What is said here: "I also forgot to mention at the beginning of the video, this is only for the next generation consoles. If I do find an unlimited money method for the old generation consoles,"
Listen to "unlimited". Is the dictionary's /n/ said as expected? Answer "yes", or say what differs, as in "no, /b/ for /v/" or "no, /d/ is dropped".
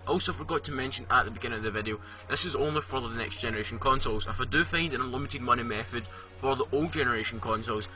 no, /n/ is dropped